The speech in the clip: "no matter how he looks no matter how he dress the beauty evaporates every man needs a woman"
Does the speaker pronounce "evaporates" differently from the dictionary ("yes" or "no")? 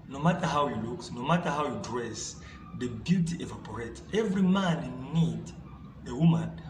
yes